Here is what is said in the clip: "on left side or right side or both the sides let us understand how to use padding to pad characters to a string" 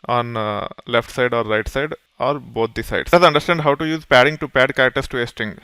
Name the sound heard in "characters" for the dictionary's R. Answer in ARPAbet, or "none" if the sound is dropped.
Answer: none